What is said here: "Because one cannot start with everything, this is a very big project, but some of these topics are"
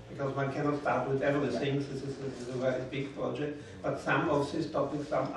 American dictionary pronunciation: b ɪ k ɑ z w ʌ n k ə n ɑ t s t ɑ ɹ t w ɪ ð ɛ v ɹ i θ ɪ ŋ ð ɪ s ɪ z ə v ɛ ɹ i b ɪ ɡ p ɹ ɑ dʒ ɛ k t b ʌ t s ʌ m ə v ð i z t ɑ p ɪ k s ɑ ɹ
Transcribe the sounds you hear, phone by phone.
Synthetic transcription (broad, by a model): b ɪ k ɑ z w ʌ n k ə n ɑ t s t ɑ ɹ t w ɪ ð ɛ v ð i s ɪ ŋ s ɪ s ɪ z ə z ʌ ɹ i b ɪ ɡ p ɹ ɑ dʒ ɛ k t b ʌ t s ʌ m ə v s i s t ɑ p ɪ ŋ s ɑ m